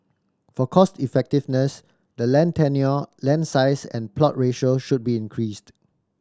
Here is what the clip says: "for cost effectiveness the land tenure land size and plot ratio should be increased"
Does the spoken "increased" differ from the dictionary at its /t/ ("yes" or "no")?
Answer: no